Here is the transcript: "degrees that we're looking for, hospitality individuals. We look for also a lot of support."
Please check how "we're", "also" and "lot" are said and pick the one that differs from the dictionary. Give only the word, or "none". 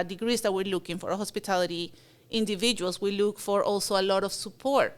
none